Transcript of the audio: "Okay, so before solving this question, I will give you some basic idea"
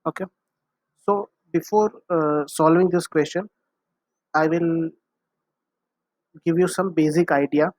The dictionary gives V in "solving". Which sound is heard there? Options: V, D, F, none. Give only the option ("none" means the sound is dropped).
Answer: V